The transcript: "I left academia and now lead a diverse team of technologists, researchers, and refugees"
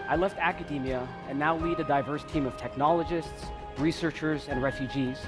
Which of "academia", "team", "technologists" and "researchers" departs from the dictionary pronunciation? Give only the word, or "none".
none